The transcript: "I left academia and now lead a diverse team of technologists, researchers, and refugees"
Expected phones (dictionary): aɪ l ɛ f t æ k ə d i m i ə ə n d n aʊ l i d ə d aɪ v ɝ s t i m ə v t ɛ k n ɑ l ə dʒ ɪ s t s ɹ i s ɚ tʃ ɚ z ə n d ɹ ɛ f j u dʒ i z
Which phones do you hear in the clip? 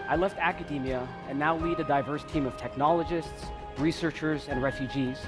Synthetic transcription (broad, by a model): aɪ l ɛ f t æ k ə d i m i ə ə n n aʊ l i d ə d aɪ v ɝ s t i m ə v t ɛ k n ɑ l ə dʒ ɪ s t s ɹ i s ɚ tʃ ɚ z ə n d ɹ ɛ f j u dʒ i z